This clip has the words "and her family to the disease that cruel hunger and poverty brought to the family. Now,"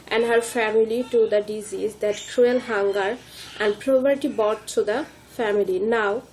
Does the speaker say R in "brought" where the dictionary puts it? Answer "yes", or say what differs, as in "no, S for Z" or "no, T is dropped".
no, R is dropped